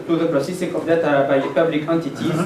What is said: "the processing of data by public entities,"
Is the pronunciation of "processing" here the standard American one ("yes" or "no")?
yes